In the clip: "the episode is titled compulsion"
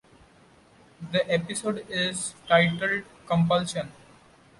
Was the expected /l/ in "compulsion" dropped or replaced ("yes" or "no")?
no